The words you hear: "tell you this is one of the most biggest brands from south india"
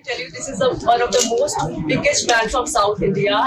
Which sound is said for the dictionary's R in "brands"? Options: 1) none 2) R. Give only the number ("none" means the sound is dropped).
1